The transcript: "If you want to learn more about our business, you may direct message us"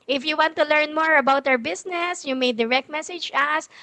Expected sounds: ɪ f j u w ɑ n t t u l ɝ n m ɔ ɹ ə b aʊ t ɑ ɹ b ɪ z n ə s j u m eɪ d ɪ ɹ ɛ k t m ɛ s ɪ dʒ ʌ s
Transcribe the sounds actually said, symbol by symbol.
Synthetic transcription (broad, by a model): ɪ f j u w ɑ n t t u l ɝ n m ɔ ɹ ə b aʊ t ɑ ɹ b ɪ s n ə s j u m eɪ d ɪ ɹ ɛ k t m ɛ s ɪ dʒ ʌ s